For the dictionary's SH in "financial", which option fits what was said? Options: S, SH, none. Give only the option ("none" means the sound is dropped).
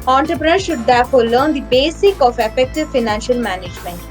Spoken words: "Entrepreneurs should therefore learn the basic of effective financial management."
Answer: SH